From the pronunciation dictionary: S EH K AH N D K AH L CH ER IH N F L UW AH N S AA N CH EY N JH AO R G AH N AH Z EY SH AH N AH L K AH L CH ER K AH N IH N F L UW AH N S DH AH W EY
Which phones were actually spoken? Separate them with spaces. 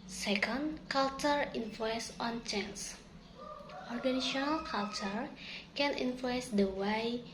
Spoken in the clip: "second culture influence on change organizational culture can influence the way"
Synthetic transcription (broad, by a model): S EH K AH N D K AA L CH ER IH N F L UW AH N S AA N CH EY N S AO R G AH N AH S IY AH N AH L K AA L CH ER K AH N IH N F L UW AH N S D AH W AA